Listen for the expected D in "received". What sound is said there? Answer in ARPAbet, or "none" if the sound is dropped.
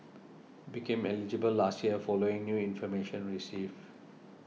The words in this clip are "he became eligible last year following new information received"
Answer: none